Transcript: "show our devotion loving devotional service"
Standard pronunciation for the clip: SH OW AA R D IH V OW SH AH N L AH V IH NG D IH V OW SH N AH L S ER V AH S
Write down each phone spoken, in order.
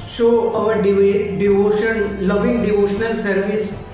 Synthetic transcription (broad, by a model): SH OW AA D D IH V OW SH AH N L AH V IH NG D IH V OW SH N AH L S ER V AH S